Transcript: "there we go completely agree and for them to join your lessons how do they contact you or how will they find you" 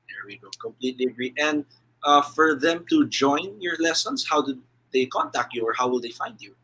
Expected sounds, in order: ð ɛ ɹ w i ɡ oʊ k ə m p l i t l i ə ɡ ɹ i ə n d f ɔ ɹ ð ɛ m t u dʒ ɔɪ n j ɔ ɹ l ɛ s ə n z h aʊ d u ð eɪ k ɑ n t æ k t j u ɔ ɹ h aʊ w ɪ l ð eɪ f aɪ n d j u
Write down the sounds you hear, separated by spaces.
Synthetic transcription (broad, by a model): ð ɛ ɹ w i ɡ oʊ k ə m p l i t l i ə ɡ ɹ i ə n d f ɔ ɹ ð ɛ m t u dʒ ɔɪ n j ɔ ɹ l ɛ s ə n s h aʊ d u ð eɪ k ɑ n t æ k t j u ɔ ɹ h aʊ w ɪ l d eɪ f aɪ n d j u